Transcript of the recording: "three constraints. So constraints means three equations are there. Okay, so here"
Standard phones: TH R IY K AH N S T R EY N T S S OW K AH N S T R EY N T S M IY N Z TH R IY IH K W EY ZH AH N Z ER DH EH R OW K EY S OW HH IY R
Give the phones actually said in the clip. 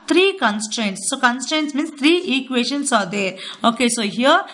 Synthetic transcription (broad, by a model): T R IY K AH N S T R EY N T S S OW K AH N S T R EY N T S M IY N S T R IY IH K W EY SH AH N S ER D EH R OW K EY S OW HH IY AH